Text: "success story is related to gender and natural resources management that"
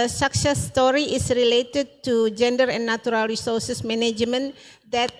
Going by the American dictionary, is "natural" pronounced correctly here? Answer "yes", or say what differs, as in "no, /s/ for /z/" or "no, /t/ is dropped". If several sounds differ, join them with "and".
no, /tʃ/ is dropped